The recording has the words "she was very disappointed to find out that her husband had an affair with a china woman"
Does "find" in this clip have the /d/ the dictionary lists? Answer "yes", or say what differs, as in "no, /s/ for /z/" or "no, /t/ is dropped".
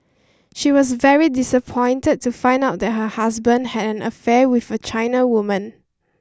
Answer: yes